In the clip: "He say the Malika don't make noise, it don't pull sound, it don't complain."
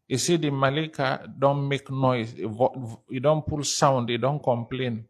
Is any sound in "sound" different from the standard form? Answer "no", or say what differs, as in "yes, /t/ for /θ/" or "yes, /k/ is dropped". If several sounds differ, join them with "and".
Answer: no